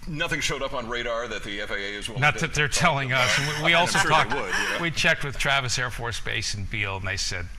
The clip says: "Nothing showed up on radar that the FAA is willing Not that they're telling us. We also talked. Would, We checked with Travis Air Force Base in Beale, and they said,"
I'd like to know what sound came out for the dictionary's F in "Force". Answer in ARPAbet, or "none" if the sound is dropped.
F